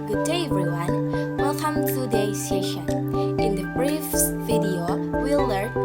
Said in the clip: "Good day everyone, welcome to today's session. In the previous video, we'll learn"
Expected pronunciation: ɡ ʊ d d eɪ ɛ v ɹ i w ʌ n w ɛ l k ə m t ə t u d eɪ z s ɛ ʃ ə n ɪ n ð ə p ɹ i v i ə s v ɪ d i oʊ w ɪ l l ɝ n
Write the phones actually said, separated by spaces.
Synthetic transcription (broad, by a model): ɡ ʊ d d eɪ ɛ v ɹ i w ʌ n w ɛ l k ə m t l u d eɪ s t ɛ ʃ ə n ɪ n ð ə b ɹ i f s v ɪ d i oʊ w ɪ l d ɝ